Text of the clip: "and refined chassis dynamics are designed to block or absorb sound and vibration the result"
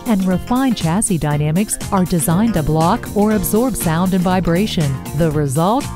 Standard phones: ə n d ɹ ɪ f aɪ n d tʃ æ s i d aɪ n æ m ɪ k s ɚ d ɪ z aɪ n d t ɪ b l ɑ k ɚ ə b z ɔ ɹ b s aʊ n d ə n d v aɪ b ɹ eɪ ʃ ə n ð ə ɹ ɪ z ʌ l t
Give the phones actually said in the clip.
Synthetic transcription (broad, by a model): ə n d ɹ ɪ f aɪ n tʃ æ s i d aɪ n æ m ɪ k s ɚ d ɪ z aɪ n t ɪ b l ɑ k ɚ ə b z ɔ ɹ b s aʊ n d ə n v aɪ b ɹ eɪ ʃ ə n ð ə ɹ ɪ z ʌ l t